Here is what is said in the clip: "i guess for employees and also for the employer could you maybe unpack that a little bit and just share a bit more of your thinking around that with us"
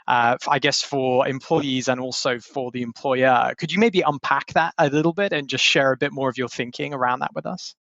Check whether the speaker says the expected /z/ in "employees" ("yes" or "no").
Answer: yes